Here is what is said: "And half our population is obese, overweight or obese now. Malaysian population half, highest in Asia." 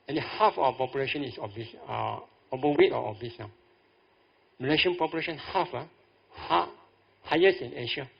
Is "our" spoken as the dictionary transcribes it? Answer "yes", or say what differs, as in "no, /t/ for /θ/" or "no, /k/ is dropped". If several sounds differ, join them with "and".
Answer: no, /w/ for /ɹ/